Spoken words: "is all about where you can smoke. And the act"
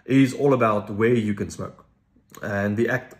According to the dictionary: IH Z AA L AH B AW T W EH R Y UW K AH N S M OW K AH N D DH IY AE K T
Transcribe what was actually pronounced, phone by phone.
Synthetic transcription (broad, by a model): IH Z AA L AH B AW T W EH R Y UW K AH N S M OW K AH N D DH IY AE K T